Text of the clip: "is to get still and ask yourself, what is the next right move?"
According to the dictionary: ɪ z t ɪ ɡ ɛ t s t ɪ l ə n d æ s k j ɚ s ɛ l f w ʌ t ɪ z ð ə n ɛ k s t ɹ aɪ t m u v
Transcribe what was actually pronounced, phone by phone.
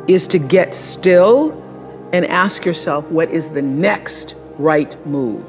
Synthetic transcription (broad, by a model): ɪ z t ɪ ɡ ɛ t s t ɪ l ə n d æ s k j ɚ s ɛ l f w ʌ t ɪ z ð ə n ɛ k s t ɹ aɪ t m u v